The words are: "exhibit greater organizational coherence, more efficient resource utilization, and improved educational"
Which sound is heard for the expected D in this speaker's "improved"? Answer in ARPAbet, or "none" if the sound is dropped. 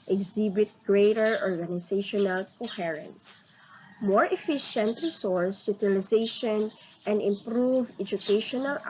none